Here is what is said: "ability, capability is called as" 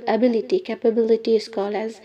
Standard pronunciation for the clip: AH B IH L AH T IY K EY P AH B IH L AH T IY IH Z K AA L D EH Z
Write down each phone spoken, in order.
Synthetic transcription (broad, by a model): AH B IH L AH T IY K EY P AH B IH L AH T IY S K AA L AH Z